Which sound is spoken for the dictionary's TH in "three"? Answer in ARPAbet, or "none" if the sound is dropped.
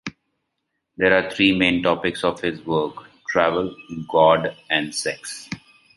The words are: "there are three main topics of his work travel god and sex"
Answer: T